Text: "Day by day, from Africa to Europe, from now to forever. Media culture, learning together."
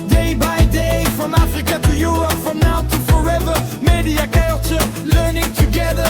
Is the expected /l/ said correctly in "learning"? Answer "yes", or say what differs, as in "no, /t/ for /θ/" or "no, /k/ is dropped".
yes